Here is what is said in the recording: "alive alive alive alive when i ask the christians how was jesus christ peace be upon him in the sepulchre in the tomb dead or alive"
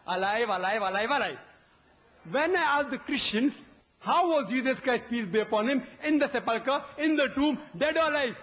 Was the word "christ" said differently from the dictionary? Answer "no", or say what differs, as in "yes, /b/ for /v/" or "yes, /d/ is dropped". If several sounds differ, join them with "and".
no